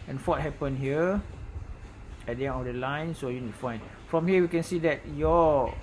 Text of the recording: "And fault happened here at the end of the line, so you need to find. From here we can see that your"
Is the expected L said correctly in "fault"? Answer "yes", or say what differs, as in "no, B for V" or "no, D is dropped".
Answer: no, L is dropped